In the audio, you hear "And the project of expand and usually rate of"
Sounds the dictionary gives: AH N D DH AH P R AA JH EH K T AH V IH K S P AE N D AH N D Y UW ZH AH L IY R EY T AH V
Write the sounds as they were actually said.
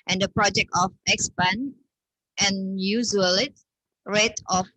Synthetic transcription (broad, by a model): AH N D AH P R AA JH EH K T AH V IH K S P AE N AH N Y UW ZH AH L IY R EY T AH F